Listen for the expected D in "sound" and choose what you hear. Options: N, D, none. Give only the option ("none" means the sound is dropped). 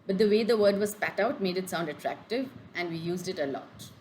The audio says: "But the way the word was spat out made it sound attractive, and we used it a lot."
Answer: D